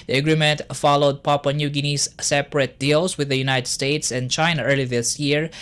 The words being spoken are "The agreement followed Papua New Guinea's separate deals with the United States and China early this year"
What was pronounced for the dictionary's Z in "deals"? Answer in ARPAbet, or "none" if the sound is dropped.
S